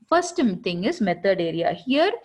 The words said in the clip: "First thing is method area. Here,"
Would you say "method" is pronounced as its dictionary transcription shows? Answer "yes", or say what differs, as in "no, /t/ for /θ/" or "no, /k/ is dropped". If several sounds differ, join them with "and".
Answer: no, /t/ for /θ/